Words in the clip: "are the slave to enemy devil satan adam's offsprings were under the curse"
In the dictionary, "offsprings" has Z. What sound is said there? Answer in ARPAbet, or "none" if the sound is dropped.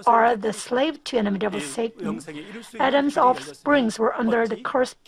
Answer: Z